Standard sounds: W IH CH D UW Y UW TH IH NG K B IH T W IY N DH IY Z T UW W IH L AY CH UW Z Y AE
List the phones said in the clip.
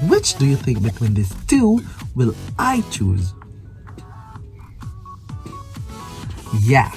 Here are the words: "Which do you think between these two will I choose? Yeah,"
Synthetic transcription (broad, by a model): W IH CH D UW Y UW TH IH NG K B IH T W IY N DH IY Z T UW W IH L AY CH UW Z Y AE